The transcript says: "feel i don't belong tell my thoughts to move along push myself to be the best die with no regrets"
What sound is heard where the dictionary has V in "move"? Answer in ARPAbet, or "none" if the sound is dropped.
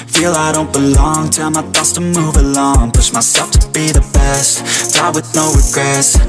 V